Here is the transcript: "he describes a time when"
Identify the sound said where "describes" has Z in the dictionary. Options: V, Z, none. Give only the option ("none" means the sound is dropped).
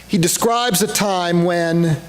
Z